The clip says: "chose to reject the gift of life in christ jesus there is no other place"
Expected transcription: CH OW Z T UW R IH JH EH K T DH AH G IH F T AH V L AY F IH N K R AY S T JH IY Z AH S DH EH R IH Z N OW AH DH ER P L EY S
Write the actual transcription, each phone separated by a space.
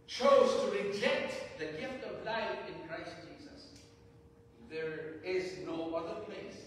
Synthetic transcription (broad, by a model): CH OW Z T UW R IH JH EH K T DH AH G IH F T AH V L AY F IH N K R AY S T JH IY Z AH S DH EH R IH Z N OW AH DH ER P L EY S